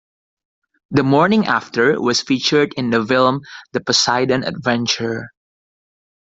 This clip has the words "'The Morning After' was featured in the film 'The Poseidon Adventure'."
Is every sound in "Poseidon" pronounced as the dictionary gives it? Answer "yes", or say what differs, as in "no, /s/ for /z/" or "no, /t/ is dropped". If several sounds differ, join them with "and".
yes